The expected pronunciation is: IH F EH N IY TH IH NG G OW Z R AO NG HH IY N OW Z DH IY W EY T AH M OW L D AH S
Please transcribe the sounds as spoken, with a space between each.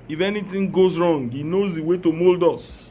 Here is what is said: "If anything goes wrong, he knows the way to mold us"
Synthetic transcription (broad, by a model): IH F EH N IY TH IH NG G OW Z R AO NG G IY N OW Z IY W EY T AH M OW L D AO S